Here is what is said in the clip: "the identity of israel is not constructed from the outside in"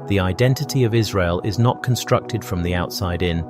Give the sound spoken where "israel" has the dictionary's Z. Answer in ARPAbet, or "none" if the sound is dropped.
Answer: Z